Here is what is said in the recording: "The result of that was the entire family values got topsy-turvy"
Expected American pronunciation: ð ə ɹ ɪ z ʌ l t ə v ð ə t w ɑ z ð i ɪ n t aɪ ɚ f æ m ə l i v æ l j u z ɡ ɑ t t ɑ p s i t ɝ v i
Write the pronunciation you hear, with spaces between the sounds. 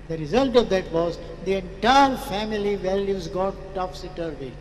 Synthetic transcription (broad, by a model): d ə ɹ ɪ z ʌ l t ə v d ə t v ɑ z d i ɪ n t aɪ ɚ f æ m ə l i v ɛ l j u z ɡ ɑ t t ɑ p s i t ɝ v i